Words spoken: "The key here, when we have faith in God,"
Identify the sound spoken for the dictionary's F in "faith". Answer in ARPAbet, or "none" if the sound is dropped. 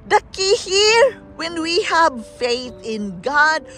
F